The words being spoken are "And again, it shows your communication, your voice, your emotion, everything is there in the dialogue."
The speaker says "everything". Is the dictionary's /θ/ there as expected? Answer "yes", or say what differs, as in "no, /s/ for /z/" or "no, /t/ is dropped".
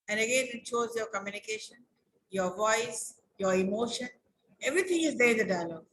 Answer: no, /t/ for /θ/